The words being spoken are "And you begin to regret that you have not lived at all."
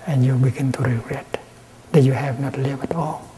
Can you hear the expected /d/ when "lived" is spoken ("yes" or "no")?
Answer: no